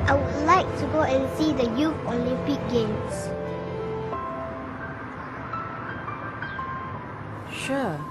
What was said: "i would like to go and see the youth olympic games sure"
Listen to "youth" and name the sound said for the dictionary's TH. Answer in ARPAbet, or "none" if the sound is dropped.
F